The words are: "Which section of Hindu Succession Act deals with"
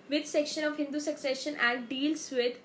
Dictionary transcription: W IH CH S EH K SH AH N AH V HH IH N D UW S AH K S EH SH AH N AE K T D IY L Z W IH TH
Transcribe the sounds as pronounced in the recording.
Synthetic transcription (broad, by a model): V IH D S EH K SH AH N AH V HH IH N D UW S AH K S EH SH AH N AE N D D IY L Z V IH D